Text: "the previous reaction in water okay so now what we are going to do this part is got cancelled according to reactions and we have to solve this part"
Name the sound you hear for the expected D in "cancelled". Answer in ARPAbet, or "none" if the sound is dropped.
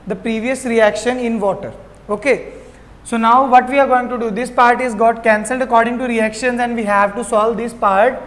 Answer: D